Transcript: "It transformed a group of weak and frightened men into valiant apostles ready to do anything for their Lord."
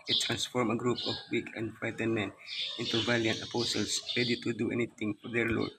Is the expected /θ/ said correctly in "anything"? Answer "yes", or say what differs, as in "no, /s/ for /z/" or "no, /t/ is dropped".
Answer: no, /t/ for /θ/